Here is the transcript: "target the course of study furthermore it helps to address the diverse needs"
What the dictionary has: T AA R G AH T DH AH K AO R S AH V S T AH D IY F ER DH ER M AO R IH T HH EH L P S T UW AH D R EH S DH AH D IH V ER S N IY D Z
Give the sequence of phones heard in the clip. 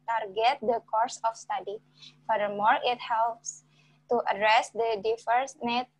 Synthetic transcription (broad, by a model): T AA R G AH T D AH K AO R S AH F S T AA D IY F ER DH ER M AO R IH T HH EH L P S T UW AH D R EH S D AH D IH F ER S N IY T